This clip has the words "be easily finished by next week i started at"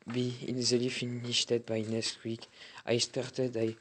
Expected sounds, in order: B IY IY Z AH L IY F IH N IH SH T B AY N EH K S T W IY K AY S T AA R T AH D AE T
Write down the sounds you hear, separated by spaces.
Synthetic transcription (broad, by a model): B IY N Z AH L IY F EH N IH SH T B AY N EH S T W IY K AY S T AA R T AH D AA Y